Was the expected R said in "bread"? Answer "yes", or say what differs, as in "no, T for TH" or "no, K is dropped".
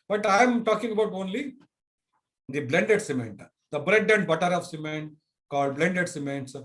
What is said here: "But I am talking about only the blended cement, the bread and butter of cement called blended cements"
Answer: yes